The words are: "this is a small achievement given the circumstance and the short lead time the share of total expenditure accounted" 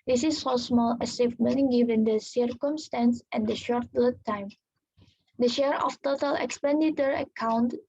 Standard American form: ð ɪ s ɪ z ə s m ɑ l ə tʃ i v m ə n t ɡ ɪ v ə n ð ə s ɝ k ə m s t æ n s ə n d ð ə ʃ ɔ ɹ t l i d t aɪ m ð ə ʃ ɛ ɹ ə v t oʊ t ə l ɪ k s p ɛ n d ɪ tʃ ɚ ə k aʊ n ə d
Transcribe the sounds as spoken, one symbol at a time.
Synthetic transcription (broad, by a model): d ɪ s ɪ s ə s m ɑ l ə s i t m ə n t ɡ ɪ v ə n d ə s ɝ k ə m s t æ n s ə n d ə ʃ ɔ ɹ t l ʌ t aɪ m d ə ʃ ɛ ɹ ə f t oʊ t ə l ɪ k s p ɛ n d ɪ tʃ ɚ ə k aʊ n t